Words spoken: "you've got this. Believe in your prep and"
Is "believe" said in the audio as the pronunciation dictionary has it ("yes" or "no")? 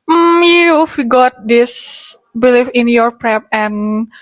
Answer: no